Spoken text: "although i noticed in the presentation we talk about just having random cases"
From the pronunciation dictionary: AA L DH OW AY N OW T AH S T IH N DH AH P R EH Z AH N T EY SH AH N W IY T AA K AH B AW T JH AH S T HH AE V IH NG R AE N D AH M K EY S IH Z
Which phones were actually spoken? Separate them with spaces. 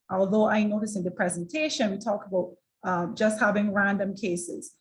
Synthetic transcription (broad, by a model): AA L DH OW AY N OW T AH S IH N DH AH P R EH Z AH N T EY SH AH N W IY T AA K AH B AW T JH AH S T HH AE V IH NG R AE N D AH M K EY S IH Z